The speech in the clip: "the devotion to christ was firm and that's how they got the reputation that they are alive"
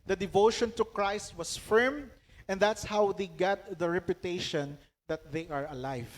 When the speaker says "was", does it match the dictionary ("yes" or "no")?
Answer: no